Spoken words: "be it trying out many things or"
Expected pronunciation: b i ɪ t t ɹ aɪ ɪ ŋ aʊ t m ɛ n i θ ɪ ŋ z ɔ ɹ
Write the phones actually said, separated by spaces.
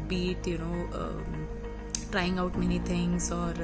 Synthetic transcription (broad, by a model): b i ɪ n t ɹ aɪ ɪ ŋ aʊ t m ɛ n i t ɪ ŋ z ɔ ɹ